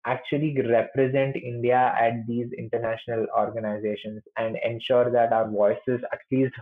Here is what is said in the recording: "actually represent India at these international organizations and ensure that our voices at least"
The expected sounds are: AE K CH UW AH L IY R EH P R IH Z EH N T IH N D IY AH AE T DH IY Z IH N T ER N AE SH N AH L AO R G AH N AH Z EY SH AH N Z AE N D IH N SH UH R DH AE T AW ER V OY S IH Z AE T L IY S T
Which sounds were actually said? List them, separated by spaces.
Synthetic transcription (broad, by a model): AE K CH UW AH L IY R EH P R IH Z EH N T IH N D IY AH AE T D IY Z IH N T ER N AE SH N AH L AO R G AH N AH Z EY SH AH N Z AE N D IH N SH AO R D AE T AW ER V OY S IH Z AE T L IY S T